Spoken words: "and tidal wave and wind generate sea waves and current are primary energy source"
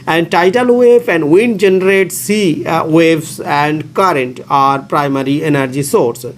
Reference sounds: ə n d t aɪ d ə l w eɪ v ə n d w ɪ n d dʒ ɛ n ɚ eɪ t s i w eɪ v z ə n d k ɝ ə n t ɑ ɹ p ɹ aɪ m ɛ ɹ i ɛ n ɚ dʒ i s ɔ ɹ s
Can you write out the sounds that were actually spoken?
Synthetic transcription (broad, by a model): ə n d t aɪ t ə l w eɪ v ə n d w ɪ n d dʒ ɛ n ɚ eɪ t s i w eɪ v s ə n d k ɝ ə n t ɑ ɹ p ɹ aɪ m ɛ ɹ i ɛ n ɚ dʒ i s ɔ ɹ s